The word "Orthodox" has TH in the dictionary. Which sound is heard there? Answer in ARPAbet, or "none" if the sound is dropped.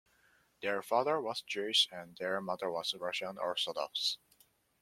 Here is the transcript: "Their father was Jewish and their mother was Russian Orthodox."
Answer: S